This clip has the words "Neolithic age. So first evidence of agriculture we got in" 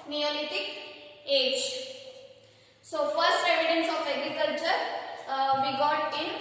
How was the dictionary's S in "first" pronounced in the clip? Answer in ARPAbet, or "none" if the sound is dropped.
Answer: S